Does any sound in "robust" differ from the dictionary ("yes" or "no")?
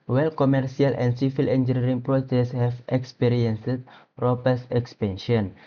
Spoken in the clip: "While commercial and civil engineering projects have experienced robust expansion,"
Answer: yes